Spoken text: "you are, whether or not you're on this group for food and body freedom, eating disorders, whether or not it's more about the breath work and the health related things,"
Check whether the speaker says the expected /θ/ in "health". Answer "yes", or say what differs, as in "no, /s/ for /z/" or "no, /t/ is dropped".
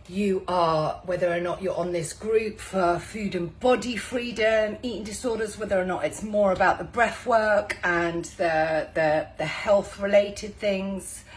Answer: yes